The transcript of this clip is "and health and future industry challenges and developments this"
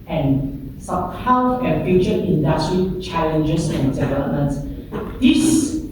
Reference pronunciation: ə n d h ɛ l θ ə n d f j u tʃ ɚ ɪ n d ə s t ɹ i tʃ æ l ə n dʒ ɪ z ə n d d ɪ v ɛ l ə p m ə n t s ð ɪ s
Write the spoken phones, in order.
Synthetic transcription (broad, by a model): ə n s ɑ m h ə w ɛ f j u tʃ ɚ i n d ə s t ɹ i tʃ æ l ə n dʒ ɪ s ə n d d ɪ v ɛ l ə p m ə n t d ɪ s